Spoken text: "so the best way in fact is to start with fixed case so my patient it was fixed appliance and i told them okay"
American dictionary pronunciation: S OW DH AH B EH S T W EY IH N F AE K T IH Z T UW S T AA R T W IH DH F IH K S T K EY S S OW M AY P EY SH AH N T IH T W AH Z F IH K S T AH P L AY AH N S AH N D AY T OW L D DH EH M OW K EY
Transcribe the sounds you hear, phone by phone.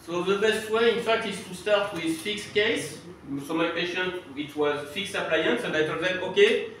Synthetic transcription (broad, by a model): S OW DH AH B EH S T W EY IH N F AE K T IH S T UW S T AA R T W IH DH F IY K S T K EY S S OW M AY P EY SH AH N T IH T W AH Z F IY K S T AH P L AY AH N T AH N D AY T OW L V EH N OW K EY